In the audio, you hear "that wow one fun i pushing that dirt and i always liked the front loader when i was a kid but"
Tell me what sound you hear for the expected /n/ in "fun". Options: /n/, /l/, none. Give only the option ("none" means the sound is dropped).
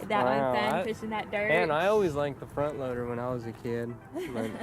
none